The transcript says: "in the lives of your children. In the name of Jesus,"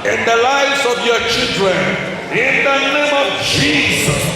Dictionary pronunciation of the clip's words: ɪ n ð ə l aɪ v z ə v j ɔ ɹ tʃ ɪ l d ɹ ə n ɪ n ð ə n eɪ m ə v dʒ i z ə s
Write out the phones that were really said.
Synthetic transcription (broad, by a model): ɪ n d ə l aɪ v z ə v j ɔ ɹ tʃ ɪ l d ɹ ə n ɪ n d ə n eɪ m ə v dʒ i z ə s